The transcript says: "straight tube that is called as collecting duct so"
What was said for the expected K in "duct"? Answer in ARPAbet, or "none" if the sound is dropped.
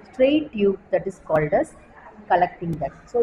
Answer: none